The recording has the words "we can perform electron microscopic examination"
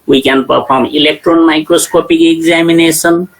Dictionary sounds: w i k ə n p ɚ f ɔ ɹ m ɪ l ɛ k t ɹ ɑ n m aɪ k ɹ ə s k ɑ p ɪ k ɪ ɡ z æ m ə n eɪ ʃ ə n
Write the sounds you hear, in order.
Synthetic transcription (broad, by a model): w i k ə n p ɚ p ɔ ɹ m ɪ l ɛ k t ɹ ɑ n m aɪ k ɹ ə s k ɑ p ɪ k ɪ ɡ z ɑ m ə n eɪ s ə n